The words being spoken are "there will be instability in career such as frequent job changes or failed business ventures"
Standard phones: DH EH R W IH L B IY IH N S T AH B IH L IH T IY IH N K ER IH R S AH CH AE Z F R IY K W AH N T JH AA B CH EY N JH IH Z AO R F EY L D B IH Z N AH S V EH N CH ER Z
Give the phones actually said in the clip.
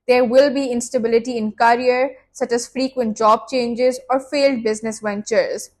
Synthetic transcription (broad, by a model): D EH R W IH L B IY IH N S T AH B IH L IH T IY IH N K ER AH R S AH CH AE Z F R IY K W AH N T JH AA B CH EY N JH IH Z AO R F EY L D B IH Z N AH S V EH N CH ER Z